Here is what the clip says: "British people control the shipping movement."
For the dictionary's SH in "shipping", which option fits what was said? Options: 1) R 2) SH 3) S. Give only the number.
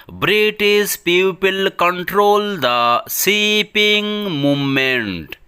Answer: 3